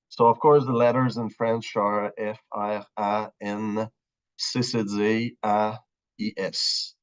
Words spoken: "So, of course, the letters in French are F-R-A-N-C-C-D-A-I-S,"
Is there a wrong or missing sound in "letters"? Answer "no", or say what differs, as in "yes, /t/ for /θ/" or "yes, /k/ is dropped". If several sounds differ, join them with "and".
no